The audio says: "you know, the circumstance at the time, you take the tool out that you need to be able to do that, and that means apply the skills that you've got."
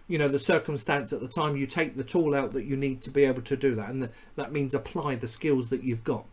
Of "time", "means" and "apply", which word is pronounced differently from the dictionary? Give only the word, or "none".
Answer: none